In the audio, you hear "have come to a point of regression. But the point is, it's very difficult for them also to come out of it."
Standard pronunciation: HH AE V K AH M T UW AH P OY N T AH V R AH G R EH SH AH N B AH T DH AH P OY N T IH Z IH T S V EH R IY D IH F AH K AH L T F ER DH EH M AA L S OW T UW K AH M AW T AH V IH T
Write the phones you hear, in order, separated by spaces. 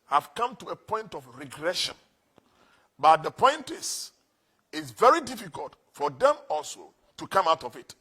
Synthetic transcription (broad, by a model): HH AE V K AH M T UW AH P OY N T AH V R AH G R EH SH AH N B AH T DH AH P OY N T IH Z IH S V EH R IY D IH F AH K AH L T F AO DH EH M AA L S OW T UW K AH M AW T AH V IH T